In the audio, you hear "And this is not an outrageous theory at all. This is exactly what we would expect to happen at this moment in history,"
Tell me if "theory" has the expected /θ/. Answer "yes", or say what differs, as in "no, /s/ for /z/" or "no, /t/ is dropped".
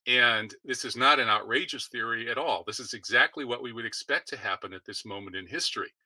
yes